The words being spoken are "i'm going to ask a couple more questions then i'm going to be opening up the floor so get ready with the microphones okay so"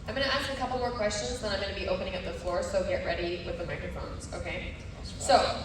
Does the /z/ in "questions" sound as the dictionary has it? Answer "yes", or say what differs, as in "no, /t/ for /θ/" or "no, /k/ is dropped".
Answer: yes